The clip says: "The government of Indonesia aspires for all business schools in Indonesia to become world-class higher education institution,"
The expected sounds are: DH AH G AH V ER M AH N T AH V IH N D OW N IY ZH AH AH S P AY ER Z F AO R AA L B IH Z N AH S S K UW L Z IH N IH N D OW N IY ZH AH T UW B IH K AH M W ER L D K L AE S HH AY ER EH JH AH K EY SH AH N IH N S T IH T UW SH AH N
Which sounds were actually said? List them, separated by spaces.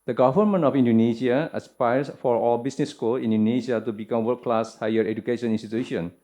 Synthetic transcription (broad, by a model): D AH G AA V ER M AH N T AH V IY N D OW N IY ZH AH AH S P AY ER S F AO R AA L B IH S N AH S S K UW L IH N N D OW N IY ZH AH T UW B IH K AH M W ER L K L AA S HH AY ER EH JH AH K EY SH AH N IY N S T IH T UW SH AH N